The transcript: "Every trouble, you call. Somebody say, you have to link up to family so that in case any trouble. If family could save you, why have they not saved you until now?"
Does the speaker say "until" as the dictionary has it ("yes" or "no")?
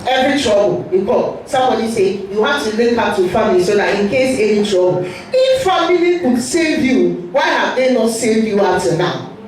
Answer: no